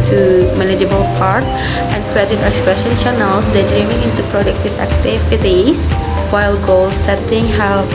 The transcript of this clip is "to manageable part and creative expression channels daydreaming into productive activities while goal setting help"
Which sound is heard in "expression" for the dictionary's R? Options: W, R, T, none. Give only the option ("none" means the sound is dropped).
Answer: R